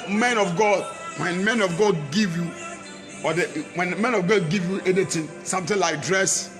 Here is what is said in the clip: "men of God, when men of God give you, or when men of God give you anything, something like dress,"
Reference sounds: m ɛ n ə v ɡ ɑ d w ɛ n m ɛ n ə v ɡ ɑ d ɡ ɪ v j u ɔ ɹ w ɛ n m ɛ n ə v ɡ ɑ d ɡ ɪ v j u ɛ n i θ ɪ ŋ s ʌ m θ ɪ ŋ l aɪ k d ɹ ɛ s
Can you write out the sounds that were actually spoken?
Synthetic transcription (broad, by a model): m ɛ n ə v ɡ ɑ d w ɛ n m ɛ n ə v ɡ ɑ d ɡ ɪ v j u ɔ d w ɛ n m ɛ n ə v ɡ ɑ d ɡ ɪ v j u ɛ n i t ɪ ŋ s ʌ m t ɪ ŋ l aɪ k d ɹ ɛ s